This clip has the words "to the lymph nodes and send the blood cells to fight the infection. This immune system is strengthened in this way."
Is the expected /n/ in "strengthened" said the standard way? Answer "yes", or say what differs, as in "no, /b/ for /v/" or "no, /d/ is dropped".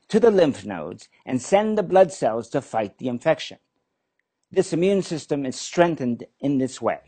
yes